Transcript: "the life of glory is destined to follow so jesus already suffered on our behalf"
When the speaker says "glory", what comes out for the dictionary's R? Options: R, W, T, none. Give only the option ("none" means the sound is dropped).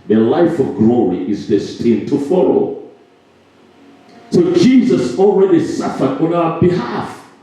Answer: R